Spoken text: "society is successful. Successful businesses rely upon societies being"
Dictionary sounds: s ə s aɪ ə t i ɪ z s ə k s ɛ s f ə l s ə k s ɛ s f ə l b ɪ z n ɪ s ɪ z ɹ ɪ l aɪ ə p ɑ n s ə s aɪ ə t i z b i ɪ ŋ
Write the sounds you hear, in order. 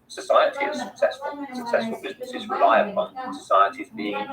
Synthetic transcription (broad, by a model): s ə s aɪ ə t i ɪ z s ə k s ɛ s f ə l s ə k s ɛ s f ə l b ɪ z n ɪ s ɪ z ɹ ɪ l aɪ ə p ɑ n s ə s aɪ ə t i z b i ɪ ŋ